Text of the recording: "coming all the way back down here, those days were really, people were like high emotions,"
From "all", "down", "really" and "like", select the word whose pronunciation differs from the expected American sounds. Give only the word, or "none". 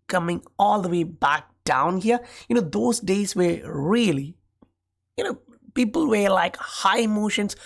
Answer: really